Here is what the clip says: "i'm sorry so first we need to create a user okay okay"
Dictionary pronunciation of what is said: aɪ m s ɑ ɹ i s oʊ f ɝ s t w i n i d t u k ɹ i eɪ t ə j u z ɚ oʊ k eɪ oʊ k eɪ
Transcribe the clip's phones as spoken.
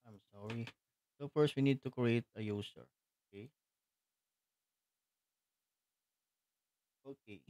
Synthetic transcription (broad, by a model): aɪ m s ɑ ɹ i s oʊ f ɝ s t w i n i d t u k ɹ i eɪ t ə j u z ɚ oʊ k eɪ oʊ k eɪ